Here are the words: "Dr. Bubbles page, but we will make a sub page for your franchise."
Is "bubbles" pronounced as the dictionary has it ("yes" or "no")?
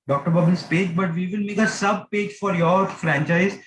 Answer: no